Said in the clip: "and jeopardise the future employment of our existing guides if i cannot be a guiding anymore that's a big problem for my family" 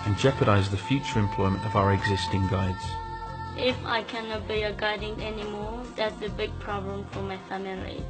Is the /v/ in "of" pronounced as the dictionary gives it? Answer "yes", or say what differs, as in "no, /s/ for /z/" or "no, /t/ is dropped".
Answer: yes